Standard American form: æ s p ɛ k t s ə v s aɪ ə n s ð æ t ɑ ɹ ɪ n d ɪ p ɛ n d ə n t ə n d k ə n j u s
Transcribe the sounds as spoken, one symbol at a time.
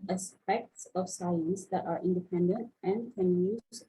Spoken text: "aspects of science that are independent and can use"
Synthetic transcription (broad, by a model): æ s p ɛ k t s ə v s aɪ ə n s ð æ t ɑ ɹ ɪ n d ɪ p ɛ n d ə n t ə n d k ə n j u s